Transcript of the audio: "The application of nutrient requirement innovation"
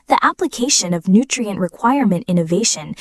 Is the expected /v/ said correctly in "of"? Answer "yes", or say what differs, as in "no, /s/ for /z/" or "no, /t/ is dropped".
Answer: yes